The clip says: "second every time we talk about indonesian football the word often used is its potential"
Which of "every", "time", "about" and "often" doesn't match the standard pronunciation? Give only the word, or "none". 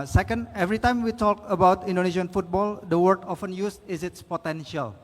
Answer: none